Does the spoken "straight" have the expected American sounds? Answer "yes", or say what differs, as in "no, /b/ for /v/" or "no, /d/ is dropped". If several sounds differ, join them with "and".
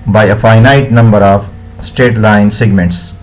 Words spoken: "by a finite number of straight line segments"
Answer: no, /ɹ/ is dropped